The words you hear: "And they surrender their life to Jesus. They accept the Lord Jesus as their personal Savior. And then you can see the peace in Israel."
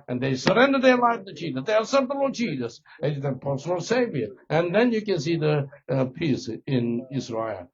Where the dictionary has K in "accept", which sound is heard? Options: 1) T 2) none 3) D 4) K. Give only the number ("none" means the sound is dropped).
2